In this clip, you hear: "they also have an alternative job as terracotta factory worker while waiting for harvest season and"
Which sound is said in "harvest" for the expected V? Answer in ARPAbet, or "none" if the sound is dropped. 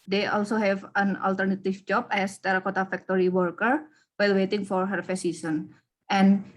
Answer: F